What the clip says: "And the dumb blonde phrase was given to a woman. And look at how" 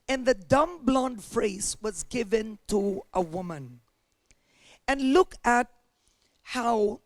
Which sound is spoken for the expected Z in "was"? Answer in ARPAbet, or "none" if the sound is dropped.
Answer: Z